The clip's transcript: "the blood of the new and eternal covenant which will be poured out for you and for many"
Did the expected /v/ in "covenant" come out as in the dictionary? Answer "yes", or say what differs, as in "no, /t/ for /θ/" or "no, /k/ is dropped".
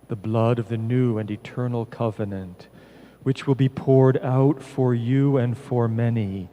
yes